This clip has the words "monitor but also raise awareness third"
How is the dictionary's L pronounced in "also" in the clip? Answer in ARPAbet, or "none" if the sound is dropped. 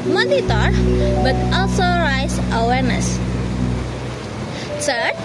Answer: L